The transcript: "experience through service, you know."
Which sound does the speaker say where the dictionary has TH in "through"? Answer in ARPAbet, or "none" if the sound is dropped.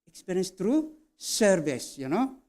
T